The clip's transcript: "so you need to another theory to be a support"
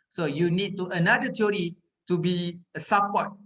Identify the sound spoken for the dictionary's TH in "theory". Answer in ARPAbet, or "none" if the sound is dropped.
T